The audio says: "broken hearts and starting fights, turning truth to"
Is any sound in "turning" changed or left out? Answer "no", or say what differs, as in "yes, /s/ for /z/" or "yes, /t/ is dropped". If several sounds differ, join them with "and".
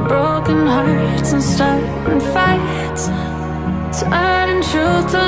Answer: yes, /n/ is dropped